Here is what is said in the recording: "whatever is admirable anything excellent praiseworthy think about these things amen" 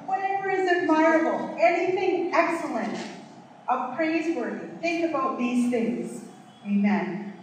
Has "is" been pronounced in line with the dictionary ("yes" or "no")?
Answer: yes